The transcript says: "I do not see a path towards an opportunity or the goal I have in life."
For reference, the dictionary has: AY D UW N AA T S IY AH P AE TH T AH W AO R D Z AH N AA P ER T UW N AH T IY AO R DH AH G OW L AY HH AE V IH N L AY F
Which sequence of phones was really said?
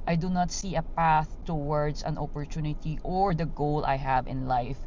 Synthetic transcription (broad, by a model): AY D UW N AA T S IY AH P AE TH T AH W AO R D S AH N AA P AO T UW N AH T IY AO R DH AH G OW L AY HH AE V IH N L AY F